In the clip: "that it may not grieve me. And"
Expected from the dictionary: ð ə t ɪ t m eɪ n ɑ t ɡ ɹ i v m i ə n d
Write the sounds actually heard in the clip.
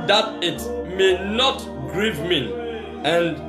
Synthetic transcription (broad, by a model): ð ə t ɪ t m eɪ n ɑ t ɡ ɹ i v m i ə n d